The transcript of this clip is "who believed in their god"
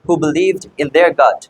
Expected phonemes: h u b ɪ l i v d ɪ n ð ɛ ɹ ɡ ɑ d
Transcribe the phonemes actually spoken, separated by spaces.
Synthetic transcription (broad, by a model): h u b ɪ l i v d ɪ n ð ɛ ɹ ɡ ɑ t